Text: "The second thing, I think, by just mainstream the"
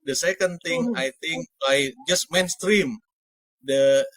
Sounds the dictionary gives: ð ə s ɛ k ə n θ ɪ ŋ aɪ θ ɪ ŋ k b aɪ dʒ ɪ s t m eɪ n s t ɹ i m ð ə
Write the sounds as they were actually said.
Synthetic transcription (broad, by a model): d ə s ɛ k ə n t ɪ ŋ aɪ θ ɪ ŋ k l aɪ dʒ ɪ s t m eɪ n s t ɹ i m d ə